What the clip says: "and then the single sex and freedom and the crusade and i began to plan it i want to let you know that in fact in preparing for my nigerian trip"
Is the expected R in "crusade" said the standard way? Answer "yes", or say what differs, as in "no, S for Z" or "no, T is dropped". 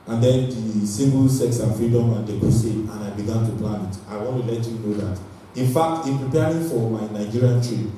no, R is dropped